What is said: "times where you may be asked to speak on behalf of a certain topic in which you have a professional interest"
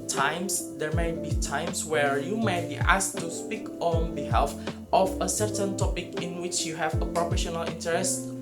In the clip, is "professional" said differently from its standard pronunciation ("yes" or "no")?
no